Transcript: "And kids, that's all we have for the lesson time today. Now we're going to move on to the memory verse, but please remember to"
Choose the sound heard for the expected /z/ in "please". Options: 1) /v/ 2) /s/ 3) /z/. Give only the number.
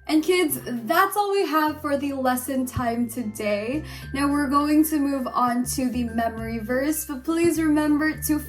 3